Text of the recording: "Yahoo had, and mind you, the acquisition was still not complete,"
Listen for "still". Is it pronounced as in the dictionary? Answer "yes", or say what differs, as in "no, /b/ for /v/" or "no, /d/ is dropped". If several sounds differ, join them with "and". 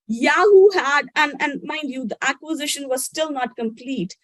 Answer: yes